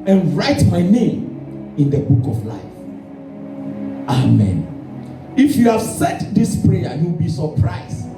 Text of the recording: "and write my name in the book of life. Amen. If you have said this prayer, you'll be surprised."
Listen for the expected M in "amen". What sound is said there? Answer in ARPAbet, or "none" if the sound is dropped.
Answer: M